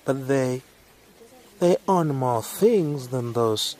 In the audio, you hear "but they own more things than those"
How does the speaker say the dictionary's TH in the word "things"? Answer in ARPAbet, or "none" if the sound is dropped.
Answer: TH